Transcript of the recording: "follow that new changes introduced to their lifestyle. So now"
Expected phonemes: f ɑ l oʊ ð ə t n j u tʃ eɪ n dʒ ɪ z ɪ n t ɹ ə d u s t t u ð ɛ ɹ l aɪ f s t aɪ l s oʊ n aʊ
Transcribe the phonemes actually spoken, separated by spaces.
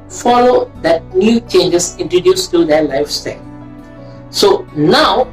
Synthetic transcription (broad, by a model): f ɑ l oʊ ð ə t n j u tʃ eɪ n dʒ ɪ s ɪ n t ɹ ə d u s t t u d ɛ l aɪ f s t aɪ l s oʊ n aʊ